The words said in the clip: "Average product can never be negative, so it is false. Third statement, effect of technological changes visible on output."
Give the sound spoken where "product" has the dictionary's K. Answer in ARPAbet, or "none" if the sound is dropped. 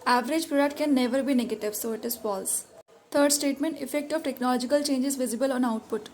none